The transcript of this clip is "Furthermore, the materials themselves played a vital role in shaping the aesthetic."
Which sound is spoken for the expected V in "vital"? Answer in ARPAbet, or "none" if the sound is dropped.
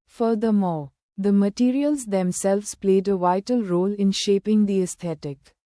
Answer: V